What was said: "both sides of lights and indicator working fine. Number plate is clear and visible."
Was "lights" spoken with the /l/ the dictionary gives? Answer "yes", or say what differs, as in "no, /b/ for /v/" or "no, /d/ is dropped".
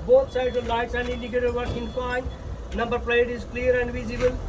yes